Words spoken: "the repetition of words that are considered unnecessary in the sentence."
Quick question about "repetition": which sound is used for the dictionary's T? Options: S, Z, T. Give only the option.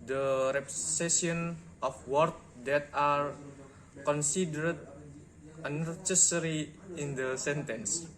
S